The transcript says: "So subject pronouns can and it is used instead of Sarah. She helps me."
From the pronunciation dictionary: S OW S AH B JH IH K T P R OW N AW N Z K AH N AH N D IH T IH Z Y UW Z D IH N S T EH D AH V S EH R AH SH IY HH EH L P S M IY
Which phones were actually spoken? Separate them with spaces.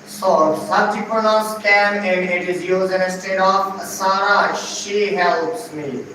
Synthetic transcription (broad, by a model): S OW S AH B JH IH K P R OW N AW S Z K AH N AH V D IH T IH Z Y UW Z IH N S T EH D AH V S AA R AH SH IY HH EH L P S M IY